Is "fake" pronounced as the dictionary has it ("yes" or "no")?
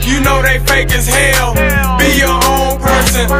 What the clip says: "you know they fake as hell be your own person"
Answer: yes